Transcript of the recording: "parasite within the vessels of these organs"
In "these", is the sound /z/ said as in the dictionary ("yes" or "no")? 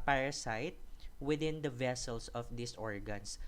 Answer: no